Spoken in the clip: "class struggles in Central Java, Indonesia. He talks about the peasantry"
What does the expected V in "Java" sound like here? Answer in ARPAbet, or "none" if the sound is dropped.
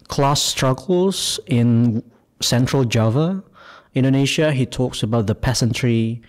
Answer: V